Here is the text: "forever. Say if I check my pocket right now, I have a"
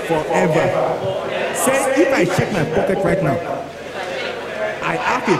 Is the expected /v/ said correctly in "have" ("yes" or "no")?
no